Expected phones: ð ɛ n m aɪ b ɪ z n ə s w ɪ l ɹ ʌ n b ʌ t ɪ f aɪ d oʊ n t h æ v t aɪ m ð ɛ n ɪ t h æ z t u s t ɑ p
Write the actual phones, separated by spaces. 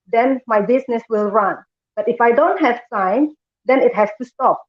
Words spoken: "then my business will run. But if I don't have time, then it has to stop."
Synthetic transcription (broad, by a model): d ɛ n m aɪ b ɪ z n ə s w ɪ l ɹ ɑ n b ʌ t ɪ f aɪ d oʊ n t h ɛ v s aɪ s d ɛ n ɪ t h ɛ s t u s t ɑ p